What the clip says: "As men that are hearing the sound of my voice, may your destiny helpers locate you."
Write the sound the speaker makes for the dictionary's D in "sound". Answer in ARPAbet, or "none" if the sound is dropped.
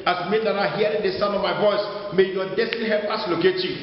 none